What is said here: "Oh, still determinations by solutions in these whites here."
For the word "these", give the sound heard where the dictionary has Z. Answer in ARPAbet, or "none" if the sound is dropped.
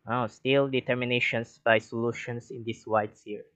S